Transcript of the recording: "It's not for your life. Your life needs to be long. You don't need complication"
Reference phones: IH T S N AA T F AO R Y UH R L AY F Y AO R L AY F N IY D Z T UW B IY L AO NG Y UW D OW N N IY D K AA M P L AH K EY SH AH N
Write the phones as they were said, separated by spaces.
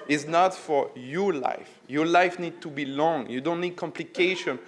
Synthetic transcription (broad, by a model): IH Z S N AA T F AO R Y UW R L AY F Y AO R L AY F N IY D T UW B IY L AO NG Y UW D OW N N IY D K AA M P L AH K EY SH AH N